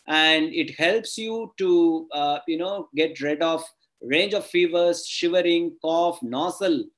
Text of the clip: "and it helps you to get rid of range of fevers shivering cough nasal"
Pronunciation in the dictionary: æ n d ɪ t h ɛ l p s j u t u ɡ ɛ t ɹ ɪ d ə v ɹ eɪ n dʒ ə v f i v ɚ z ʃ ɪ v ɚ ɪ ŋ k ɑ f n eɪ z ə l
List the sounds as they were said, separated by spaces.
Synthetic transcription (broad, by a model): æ n d ɪ t h ɛ l p s j u t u ɡ ɛ t ɹ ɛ d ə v ɹ eɪ n dʒ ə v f i v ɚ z ʃ ɪ v ɚ ɪ ŋ k ɑ f n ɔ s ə l